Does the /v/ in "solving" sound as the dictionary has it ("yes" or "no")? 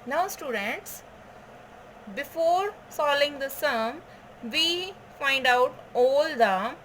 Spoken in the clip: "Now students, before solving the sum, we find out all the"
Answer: no